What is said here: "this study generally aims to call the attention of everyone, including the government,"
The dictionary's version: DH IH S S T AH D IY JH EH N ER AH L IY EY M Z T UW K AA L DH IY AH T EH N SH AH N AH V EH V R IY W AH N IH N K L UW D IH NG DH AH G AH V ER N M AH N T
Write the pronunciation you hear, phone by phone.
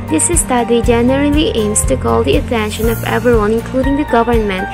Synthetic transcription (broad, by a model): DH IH S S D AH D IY JH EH N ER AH L IY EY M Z T UW K AA L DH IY AH T EH N SH AH N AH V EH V IY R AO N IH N K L UW D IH NG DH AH G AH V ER N M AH N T